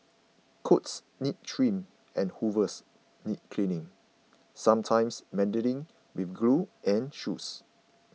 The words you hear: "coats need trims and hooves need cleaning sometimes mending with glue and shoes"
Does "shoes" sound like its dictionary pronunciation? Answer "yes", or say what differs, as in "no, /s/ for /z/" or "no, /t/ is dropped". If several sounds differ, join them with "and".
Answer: no, /s/ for /z/